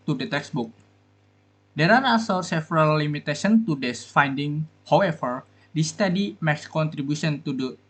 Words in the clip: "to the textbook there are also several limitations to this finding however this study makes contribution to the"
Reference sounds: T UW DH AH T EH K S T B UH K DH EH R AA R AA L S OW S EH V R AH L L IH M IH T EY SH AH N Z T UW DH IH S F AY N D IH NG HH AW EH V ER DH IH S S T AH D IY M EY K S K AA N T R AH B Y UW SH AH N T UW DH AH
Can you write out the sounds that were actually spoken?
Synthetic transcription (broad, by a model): T UW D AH T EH K S B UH K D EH R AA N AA S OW S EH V R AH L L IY M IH T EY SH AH N T UW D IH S F AY N D IH NG HH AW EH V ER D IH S S T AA D IY M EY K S K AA N T R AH B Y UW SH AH N T UW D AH